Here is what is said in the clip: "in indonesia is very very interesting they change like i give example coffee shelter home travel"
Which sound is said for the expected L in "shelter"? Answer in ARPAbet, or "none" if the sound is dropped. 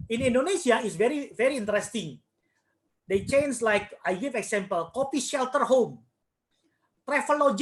L